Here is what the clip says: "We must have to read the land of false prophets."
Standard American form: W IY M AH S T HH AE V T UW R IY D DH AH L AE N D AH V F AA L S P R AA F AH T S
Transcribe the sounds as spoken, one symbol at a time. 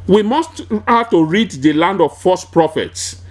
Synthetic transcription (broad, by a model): W IY M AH S T HH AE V T UW R IY D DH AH L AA N D AH V F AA S P R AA F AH T S